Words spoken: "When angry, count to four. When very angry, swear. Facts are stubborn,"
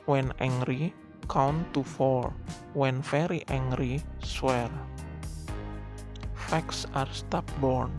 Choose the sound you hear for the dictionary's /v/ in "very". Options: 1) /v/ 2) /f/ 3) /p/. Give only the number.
2